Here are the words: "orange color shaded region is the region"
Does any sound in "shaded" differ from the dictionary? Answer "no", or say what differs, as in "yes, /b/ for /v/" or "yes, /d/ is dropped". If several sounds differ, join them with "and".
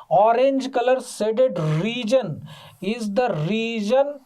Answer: yes, /s/ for /ʃ/